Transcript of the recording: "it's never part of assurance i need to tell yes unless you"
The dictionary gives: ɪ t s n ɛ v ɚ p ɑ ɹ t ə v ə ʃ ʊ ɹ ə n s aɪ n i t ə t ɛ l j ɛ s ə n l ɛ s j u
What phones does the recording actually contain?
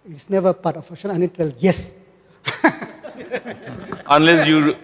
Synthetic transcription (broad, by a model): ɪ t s n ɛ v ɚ p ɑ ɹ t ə f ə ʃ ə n aɪ n i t t ɛ l j ɛ s ə n l ɛ s j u